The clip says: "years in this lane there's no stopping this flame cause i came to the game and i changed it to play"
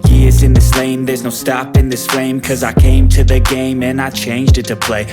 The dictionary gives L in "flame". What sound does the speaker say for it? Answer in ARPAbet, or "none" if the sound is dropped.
none